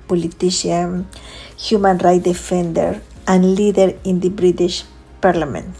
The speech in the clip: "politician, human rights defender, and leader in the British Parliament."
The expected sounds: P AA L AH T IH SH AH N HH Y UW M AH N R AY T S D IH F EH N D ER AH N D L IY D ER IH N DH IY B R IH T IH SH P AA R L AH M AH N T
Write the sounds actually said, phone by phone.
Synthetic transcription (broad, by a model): P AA L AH T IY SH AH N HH Y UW M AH N R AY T D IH F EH N D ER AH N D L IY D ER IH N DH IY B R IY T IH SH P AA R L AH M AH N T